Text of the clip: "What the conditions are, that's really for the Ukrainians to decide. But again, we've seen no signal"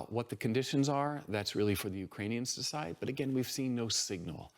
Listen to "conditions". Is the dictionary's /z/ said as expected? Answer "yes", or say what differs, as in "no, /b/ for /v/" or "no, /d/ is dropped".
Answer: yes